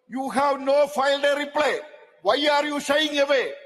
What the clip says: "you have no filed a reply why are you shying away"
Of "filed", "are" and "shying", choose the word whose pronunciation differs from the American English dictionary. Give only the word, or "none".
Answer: shying